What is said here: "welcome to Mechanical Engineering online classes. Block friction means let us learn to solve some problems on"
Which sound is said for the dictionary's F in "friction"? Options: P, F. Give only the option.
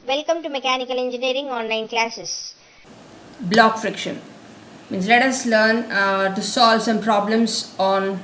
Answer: F